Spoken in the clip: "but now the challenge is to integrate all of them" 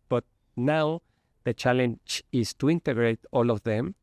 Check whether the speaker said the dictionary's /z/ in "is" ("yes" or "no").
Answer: no